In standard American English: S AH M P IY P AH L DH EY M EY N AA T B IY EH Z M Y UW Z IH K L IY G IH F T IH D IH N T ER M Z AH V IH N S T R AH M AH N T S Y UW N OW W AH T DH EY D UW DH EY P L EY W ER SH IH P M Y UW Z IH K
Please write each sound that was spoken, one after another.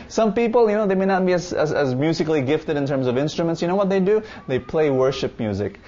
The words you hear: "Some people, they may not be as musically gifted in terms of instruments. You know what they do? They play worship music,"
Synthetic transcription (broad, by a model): S AH M P IY P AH N DH EY M EY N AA T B IY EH Z M Y UW Z IH K L IY G IH F T IH D IH N T ER M Z AH V IH N S T R AH M AH N T S Y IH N OW W AH T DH EY D UW DH EY P L EY W ER SH IH P M Y UW Z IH K